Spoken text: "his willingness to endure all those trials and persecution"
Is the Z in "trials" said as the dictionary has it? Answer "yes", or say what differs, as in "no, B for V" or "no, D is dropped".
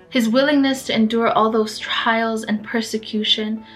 yes